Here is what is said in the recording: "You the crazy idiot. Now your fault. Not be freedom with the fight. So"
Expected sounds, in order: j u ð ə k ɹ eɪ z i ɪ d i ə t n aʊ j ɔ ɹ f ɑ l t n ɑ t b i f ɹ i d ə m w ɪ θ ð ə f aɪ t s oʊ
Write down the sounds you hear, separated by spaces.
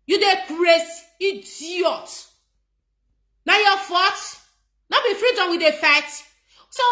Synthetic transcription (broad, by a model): j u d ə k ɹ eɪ s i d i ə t n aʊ j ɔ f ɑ t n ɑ b i f ɹ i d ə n w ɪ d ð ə f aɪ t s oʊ